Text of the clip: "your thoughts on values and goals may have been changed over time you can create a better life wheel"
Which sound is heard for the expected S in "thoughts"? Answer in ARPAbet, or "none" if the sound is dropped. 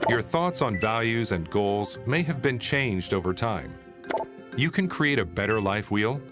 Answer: S